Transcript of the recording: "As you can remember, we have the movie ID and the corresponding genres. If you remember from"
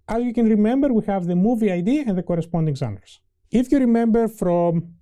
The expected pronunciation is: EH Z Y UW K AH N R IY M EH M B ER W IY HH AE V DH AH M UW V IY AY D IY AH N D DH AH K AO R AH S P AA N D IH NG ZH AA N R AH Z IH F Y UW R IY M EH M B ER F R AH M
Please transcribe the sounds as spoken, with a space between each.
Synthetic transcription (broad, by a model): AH Z Y UW K AH N R IY M EH M B ER W IY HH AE V DH AH M UW V IY AY D IY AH N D DH AH K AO R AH S P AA N D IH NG Z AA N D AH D IH F Y UW R IY M EH M B ER F R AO M